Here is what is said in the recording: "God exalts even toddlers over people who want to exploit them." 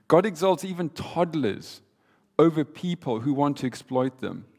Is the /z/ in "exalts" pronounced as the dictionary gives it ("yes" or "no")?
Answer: yes